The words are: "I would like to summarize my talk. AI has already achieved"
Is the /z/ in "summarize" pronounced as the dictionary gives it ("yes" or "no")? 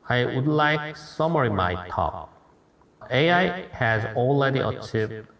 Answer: no